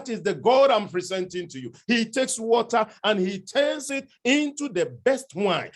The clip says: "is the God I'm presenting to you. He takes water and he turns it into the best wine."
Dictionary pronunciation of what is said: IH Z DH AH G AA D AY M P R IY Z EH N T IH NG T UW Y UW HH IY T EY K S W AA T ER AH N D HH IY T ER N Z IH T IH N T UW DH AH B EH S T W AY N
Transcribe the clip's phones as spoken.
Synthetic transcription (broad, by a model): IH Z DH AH G AA D AY M P R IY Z EH N T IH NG T UW Y UW HH IY T EY K S W AA T ER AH N HH IY T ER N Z IH T IH N T UW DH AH B EH S T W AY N